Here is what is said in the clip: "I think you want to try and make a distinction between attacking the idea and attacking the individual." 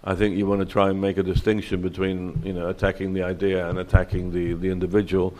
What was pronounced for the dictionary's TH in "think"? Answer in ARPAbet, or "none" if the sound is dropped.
TH